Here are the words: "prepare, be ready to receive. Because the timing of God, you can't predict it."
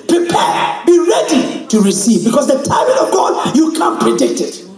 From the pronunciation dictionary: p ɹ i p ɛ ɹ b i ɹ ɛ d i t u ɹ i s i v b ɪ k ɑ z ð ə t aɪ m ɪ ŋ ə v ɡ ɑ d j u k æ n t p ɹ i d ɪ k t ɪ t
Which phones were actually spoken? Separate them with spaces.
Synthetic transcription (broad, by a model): p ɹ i p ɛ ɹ b i ɹ ɛ d i t u ɹ i s i v b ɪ k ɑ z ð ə t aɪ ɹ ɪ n ə v ɡ ɑ d j u k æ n p ɹ i d ɪ k t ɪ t